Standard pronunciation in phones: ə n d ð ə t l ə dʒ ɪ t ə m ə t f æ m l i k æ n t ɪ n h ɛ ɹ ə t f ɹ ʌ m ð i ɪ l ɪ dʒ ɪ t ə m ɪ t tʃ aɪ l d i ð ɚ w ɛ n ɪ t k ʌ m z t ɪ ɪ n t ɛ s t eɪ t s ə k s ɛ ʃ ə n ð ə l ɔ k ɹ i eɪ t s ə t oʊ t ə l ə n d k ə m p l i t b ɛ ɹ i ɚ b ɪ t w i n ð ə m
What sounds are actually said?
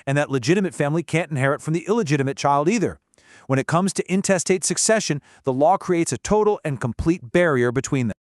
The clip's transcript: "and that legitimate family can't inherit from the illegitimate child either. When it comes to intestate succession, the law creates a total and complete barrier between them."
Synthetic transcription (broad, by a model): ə n ð ə t l ə dʒ ɪ t ə m ə t f æ m l i k æ n t ɪ n h ɛ ɹ ə t f ɹ ʌ m ð i ɪ l ɪ dʒ ɪ t ə m ɪ t tʃ aɪ l d i ð ɚ w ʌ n ɪ t k ʌ m z t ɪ ɪ n t ɛ s t eɪ t s ə k s ɛ ʃ ə n ð ə l ɔ k ɹ i eɪ t s ə t oʊ t l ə n k ə m p l i t b ɛ ɹ i ɚ b ɪ t w i n ð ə m